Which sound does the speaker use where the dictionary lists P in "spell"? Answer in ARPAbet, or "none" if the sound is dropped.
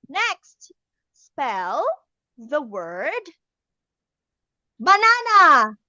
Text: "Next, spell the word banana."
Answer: P